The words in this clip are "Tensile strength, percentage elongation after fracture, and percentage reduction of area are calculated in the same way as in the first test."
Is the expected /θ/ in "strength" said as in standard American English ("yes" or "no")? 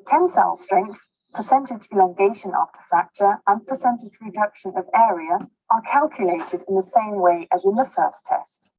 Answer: yes